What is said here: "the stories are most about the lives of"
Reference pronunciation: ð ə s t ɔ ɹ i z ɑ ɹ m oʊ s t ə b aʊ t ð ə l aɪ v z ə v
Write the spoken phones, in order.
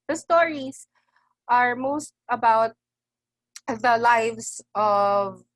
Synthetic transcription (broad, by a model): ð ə s t ɔ ɹ i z ɑ ɹ m oʊ s t ə b aʊ t ð ə l aɪ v s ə v